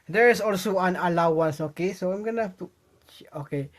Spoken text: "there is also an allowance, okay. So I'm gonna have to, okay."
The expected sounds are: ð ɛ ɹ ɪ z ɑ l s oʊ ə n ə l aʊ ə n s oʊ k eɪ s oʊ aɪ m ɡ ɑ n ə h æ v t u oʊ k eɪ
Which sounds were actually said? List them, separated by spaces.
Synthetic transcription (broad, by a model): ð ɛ ɹ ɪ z ɑ l s oʊ ə n ə l aʊ ə n s oʊ k eɪ s oʊ aɪ m ɡ ɑ n ə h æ f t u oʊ k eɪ